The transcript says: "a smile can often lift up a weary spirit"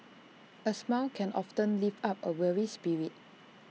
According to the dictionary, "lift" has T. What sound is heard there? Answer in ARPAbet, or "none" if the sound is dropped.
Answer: none